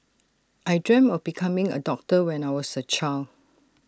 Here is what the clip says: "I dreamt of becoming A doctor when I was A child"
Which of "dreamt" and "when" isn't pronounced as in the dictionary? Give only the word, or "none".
dreamt